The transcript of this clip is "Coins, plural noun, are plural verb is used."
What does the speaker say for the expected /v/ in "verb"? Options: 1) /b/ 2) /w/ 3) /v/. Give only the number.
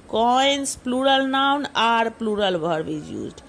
1